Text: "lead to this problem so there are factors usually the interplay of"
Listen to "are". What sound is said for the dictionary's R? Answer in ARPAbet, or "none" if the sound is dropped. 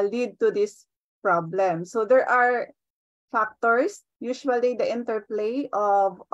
R